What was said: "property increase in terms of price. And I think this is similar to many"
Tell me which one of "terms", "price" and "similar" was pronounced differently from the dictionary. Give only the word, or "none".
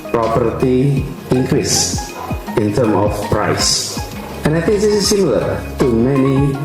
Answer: terms